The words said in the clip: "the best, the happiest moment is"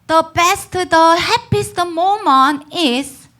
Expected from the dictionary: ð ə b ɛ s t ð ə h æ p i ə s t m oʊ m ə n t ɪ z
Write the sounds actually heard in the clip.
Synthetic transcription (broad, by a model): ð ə b ɛ s t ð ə h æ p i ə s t m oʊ m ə n ɪ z